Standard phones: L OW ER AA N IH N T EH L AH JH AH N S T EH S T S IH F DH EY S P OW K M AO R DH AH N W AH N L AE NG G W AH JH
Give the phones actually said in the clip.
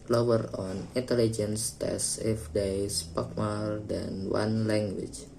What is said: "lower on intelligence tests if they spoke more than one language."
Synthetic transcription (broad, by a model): L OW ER AA N IH N T EH L AH JH AH N S T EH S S IH F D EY S P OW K M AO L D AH N W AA N L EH NG G W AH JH